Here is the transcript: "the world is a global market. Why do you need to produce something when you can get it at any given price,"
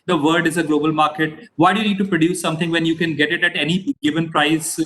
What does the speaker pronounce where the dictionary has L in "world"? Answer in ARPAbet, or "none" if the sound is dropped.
none